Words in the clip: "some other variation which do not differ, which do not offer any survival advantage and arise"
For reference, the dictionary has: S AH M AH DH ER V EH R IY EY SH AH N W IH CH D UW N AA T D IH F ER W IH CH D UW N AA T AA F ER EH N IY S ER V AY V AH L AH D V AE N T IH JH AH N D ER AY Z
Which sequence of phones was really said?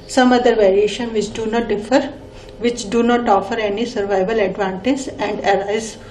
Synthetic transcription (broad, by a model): S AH M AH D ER V EH R IY EY SH AH N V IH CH D UW N AA T D IH F ER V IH CH D UW N AA T AA F ER EH N IY S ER V AY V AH L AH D V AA N T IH Z AH N D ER AY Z